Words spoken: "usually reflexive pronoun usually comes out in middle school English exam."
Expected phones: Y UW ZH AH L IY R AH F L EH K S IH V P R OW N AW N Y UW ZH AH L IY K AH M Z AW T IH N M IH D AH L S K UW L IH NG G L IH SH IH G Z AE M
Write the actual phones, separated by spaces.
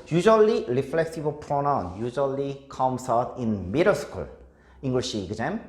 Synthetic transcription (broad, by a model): Y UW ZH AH L IY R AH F L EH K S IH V P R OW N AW N Y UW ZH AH L IY K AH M S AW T IH N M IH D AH S K UW L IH NG G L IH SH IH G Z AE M